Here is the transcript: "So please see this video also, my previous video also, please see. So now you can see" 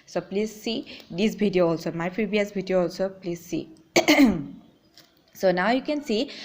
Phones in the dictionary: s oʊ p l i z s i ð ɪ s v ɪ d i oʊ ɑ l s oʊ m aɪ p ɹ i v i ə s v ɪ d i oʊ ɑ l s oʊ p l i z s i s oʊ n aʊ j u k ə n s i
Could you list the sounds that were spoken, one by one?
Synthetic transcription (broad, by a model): s oʊ p l i z s i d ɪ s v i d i oʊ ɑ l s oʊ m aɪ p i b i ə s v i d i oʊ ɑ l s oʊ p l i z s i s oʊ n aʊ j u k ə n s i